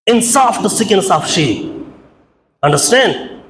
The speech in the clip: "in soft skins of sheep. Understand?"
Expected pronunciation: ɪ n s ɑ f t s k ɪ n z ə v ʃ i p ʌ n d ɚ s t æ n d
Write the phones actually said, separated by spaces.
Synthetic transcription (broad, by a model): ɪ n s ɑ f t s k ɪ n s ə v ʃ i ʌ n d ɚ s t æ n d